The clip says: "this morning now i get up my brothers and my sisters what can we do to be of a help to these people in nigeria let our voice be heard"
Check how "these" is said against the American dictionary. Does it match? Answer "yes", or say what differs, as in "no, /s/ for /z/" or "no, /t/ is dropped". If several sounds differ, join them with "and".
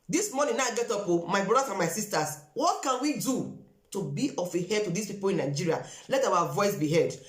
no, /s/ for /z/